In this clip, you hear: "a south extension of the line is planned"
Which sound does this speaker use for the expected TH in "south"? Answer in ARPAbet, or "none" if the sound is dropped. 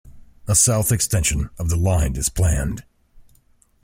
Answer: TH